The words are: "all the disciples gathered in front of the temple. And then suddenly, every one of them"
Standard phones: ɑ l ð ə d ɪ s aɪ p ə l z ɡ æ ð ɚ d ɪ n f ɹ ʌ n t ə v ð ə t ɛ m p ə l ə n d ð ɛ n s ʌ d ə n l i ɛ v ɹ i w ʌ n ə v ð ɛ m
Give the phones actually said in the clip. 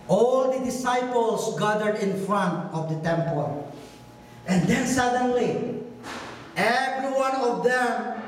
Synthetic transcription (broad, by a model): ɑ l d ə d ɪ s aɪ p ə l s ɡ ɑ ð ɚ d ɪ n f ɹ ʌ n t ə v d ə t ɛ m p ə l ə n d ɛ n s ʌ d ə n l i ɛ v ɹ i w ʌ n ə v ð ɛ m